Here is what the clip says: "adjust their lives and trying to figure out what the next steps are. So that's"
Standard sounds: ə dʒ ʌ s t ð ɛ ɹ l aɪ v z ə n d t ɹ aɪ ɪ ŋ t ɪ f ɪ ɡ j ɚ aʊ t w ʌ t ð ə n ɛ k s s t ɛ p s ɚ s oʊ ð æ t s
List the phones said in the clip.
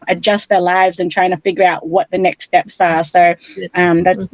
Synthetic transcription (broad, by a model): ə dʒ ʌ s t ð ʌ ɹ l aɪ v z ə n t ɹ aɪ ɪ ŋ t ɪ f ɪ ɡ j ɚ aʊ t w ʌ t ð ə n ɛ k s s t ɛ p s ɚ s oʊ ð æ t s